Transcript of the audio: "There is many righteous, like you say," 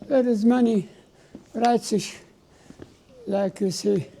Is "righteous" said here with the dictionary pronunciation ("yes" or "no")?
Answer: no